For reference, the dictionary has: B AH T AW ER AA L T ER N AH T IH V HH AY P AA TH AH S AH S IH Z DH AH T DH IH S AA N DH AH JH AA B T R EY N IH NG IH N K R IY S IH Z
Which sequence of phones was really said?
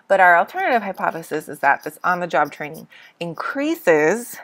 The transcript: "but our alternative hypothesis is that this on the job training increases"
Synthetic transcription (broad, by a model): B AH T AW ER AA L T ER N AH T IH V HH AY P AA TH AH S AH S IH Z DH AH T DH IH S N DH AH JH AA B T R EY N IH NG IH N K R IY S IH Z